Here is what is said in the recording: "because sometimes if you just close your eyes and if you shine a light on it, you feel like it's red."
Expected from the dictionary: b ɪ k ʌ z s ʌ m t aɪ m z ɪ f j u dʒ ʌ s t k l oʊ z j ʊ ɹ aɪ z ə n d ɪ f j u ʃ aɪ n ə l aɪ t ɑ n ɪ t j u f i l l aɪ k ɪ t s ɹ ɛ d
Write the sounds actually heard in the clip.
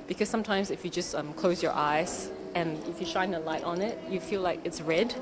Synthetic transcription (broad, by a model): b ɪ k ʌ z s ʌ m t aɪ m z ɪ f j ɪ dʒ ʌ s t k l oʊ z j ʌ ɹ aɪ z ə n ɪ f j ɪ ʃ aɪ n ə l aɪ t n ɪ t j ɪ f i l l aɪ k ɪ t s ɹ ɛ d